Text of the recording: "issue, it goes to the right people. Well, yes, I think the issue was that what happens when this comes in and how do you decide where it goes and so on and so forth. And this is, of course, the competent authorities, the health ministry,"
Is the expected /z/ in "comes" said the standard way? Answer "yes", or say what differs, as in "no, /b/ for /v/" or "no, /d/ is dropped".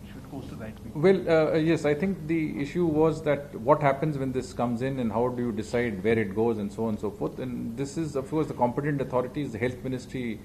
yes